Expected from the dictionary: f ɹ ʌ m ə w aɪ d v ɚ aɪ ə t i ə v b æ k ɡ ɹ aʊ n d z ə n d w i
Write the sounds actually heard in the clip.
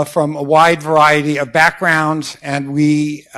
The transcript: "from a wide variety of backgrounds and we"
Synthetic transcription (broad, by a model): f ɹ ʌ m ə w aɪ d v ɚ aɪ ə t i ə v b æ k ɡ ɹ aʊ n d z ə n w i